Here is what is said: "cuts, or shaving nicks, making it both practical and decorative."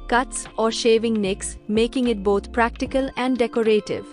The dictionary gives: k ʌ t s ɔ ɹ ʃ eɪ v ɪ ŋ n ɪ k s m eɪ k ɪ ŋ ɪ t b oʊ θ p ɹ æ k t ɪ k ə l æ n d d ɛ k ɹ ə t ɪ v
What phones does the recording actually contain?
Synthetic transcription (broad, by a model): k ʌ t s ɔ ɹ ʃ eɪ v ɪ ŋ n ɪ k s m eɪ k ɪ ŋ ɪ t b oʊ t p ɹ æ k t ɪ k ə l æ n d d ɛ k ɹ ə t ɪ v